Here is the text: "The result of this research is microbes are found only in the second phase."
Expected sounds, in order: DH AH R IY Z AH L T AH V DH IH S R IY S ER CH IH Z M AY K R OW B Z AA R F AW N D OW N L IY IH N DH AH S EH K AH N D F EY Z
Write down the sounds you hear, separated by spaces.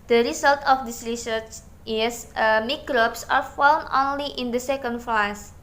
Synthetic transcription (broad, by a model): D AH R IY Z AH L T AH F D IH S R IY S ER CH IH S M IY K R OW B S AA R F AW N OW N L IY IH N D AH S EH K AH N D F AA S